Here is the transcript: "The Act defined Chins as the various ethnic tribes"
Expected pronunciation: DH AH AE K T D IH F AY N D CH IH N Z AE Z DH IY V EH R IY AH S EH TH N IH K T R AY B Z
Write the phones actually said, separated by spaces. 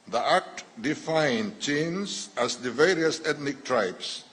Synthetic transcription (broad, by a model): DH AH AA K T D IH F AY N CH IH N S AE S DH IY V EH R IY AH S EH T N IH K T R AY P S